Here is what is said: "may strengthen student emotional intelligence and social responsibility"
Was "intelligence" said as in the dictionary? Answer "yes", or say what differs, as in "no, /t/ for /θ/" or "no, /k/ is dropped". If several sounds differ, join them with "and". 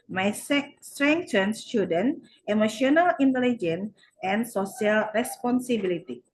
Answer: no, /s/ is dropped